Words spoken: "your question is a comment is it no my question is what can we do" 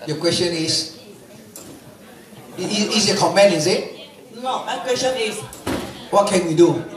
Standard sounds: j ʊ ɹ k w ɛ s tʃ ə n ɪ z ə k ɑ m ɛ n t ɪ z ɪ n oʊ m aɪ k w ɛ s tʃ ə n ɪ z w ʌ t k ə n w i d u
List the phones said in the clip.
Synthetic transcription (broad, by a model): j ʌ k w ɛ s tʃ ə n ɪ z ə k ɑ m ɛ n ɪ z ɪ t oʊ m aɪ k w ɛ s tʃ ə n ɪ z w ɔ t k ə n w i d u